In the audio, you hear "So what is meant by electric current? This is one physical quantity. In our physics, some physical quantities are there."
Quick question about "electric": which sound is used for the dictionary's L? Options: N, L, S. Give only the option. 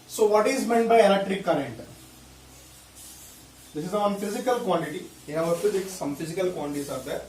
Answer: N